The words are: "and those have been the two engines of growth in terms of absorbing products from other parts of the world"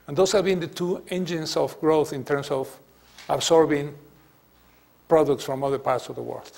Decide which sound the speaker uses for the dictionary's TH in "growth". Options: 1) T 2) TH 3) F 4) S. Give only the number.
2